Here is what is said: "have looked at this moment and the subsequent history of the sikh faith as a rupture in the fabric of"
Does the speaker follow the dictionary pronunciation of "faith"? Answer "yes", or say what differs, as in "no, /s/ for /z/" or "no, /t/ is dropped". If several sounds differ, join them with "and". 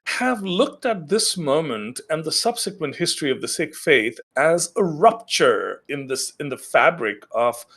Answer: yes